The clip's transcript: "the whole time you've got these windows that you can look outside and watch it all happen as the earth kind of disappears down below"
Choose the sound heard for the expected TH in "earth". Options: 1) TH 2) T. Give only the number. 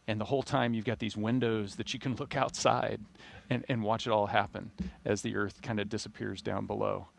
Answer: 1